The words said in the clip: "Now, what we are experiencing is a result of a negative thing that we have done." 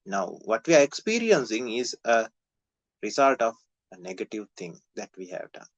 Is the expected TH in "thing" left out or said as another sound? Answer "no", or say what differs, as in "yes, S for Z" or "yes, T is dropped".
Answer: yes, T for TH